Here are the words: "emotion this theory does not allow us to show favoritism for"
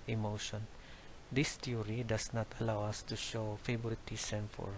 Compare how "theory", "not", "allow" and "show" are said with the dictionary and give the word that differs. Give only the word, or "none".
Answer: theory